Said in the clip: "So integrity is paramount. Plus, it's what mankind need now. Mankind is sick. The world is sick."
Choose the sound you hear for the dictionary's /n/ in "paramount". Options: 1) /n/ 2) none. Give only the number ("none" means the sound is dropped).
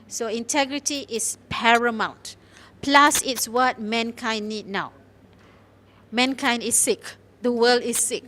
1